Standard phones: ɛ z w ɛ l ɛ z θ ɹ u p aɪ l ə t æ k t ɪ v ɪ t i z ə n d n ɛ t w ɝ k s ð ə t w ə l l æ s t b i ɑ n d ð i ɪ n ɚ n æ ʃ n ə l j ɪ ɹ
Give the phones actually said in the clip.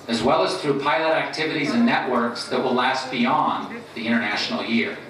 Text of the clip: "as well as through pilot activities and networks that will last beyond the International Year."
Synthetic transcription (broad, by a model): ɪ z w ɛ l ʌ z θ ɹ u p aɪ l ə t æ k t ɪ v ɪ t i z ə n n ɛ t w ɝ k s ð ə t w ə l l æ s t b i ɑ n ð i ɪ ɚ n æ ʃ n l j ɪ ɹ